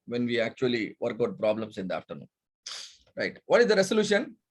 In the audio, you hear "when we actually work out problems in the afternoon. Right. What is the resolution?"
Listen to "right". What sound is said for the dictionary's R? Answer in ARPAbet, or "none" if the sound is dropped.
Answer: R